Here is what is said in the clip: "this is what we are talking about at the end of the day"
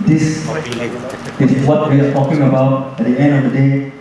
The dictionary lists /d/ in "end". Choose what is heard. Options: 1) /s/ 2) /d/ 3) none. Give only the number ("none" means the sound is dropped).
2